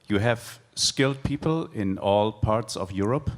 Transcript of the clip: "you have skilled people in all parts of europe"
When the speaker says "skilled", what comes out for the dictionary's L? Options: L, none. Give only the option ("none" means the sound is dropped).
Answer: L